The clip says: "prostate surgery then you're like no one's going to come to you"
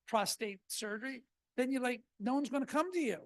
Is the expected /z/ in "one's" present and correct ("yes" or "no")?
yes